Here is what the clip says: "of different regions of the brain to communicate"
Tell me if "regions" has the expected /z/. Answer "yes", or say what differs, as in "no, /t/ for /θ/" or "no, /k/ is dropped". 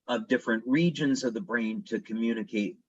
yes